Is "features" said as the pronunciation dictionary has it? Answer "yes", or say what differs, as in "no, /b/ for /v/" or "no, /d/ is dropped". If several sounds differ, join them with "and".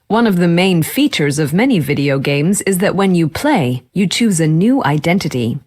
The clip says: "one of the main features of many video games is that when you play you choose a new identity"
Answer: yes